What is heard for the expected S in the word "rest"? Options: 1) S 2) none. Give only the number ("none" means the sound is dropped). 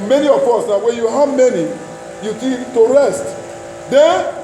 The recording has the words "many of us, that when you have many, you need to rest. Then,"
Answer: 1